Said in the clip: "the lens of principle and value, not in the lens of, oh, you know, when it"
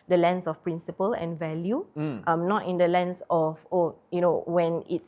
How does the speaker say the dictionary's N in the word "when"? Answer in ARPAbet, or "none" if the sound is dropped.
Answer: N